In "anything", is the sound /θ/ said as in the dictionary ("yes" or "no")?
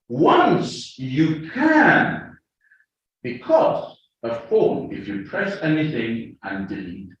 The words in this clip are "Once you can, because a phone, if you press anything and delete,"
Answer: yes